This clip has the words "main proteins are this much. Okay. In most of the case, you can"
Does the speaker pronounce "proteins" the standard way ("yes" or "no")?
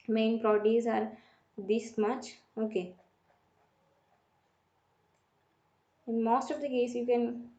no